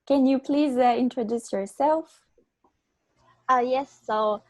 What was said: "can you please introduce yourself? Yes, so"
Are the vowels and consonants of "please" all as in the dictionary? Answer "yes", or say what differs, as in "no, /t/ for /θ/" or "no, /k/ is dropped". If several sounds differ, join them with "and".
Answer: yes